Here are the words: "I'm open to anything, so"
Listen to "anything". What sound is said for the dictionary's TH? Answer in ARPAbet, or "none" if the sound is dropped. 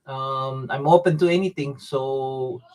T